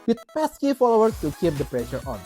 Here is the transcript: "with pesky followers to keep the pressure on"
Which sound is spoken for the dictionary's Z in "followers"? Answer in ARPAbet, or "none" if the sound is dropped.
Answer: none